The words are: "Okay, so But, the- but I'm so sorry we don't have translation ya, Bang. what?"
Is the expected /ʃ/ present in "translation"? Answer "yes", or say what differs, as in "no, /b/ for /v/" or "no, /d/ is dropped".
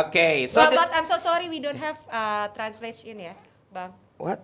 no, /s/ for /ʃ/